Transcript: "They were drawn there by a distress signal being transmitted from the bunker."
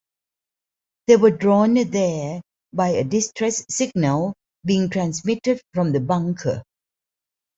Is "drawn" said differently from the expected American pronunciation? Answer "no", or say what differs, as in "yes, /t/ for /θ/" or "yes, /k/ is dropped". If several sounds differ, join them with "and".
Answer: no